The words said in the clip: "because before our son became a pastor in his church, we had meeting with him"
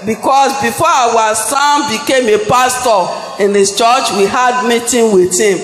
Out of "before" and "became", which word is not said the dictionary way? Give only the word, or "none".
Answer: before